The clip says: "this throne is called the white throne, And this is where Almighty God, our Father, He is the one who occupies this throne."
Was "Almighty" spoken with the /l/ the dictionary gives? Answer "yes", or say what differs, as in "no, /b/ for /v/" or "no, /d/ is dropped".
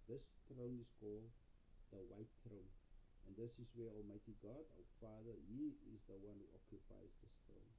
yes